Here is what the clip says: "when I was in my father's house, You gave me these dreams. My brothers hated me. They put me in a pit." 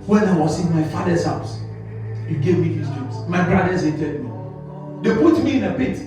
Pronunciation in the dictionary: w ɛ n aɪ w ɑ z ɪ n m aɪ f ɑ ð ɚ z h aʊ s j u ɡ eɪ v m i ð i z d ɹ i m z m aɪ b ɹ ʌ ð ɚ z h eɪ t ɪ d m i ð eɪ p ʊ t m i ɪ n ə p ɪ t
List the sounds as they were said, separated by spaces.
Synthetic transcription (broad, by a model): w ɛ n aɪ w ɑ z ɪ n m aɪ f ɑ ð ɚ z h aʊ s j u ɡ eɪ v m i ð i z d i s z m aɪ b ɹ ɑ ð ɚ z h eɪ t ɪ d m i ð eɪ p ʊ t m i ɪ n ə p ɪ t